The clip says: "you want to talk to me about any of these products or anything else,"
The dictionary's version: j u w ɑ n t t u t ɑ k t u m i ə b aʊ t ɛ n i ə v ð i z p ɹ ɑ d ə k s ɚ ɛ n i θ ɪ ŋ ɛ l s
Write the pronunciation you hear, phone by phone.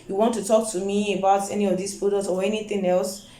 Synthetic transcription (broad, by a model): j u w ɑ n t t u t ɑ k t u m i ə b aʊ t ɛ n i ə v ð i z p i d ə s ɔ ɛ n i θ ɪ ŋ ɛ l s